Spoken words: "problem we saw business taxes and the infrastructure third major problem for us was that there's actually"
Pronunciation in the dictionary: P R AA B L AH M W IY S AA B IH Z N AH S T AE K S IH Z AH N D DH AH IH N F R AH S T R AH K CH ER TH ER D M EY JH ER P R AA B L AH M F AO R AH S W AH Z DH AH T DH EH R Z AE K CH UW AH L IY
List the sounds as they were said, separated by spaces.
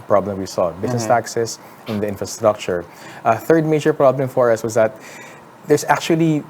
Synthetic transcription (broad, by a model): P R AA B L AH M W IY S AA B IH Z N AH S T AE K S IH S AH N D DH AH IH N F R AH S T R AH K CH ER TH ER D M EY JH ER P R AA B L AH M F AO R AH S W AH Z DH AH T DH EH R S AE K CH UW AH L IY